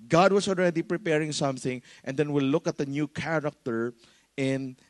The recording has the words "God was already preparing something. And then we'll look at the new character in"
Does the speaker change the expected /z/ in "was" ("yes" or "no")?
yes